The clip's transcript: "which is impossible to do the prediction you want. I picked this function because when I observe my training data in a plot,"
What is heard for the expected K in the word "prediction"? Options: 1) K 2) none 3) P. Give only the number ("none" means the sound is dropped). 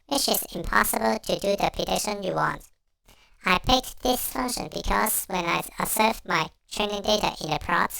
2